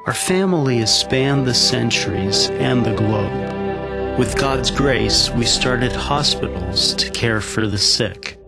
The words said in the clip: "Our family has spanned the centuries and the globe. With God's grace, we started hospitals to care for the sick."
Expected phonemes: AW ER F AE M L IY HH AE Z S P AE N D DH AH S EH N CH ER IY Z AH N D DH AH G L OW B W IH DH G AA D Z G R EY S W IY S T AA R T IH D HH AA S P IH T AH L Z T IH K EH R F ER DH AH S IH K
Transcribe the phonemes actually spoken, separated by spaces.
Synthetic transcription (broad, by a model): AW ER F AE M L IY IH S P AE N DH AH S EH N CH ER IY Z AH N DH AH G L OW B W IH DH G AA D Z G R EY S W IY S T AA R T IH D HH AA S P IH T L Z T IH K EH R F ER DH AH S IH K